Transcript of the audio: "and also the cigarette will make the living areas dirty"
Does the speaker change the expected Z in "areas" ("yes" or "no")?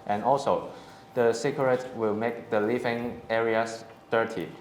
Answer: yes